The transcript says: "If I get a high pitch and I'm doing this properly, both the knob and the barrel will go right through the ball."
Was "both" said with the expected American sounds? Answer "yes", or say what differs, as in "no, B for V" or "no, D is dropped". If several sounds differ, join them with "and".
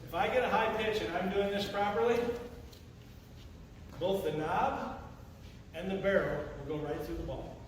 yes